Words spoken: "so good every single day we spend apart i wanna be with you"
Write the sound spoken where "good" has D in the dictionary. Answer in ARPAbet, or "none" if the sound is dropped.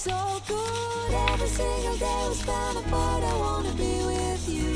none